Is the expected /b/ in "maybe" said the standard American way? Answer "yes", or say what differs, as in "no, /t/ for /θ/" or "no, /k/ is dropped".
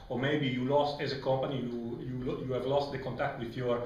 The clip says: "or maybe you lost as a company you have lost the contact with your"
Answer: yes